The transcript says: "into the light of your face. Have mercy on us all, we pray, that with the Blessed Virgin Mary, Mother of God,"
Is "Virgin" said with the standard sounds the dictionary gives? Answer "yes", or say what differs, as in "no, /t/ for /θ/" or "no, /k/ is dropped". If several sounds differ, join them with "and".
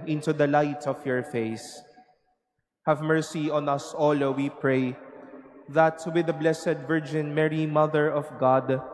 yes